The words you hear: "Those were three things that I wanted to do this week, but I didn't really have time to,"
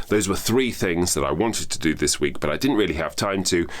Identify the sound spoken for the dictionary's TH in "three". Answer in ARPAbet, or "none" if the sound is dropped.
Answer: TH